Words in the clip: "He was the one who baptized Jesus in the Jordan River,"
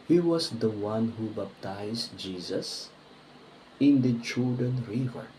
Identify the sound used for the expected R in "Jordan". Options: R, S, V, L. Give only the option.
L